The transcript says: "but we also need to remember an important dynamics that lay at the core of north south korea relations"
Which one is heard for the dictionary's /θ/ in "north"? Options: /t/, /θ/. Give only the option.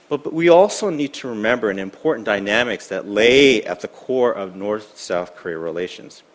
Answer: /θ/